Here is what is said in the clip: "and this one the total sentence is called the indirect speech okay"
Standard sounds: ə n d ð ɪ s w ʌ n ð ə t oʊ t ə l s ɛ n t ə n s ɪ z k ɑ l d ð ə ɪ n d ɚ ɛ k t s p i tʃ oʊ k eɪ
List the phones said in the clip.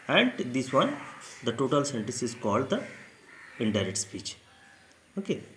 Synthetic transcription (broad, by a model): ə n d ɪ s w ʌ n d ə t oʊ t ə l s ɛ n t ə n s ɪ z k ɑ l d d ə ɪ n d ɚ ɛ t s p i tʃ oʊ k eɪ